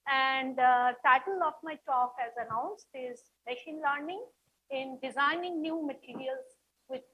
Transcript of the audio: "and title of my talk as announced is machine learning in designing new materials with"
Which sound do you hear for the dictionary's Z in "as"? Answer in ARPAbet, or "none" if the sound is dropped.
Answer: Z